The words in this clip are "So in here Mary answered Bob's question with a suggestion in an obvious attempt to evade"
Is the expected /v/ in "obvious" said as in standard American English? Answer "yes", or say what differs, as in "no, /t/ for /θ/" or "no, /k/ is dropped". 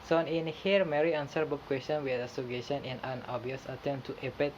no, /v/ is dropped